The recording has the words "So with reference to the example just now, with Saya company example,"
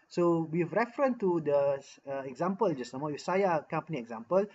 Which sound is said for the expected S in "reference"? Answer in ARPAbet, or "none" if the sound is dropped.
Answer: none